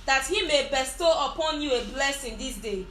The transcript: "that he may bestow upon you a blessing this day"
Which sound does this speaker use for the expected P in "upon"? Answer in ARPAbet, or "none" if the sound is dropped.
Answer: P